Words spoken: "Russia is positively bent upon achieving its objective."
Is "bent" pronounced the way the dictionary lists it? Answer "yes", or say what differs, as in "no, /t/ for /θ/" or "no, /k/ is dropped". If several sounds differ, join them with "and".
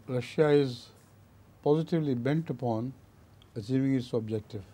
yes